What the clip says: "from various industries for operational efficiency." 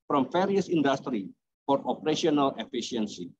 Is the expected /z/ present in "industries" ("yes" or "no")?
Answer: no